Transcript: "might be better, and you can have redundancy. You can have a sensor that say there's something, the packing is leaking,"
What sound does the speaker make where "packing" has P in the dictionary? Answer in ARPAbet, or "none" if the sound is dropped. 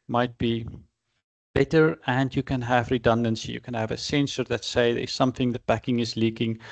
B